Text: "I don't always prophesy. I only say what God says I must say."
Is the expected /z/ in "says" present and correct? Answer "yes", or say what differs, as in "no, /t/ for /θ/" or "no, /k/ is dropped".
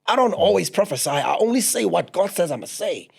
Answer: yes